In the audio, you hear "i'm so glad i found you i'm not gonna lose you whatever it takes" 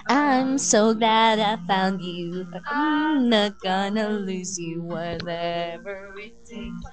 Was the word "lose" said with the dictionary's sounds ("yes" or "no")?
yes